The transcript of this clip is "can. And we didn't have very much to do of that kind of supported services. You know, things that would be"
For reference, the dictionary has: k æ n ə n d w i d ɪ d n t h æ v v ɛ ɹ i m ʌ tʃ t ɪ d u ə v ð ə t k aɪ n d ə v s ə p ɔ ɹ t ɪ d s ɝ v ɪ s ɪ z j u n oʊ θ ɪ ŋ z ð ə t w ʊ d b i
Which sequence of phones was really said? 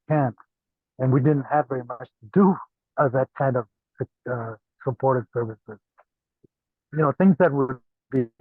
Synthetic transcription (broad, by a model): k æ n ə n w i d ɪ d n t h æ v v ɛ ɹ i m ʌ tʃ t ɪ d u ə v ð ə t k aɪ n d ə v s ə p ɔ ɹ t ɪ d s ɝ v ɪ s ɪ z j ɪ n oʊ θ ɪ ŋ z ð ə t w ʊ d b i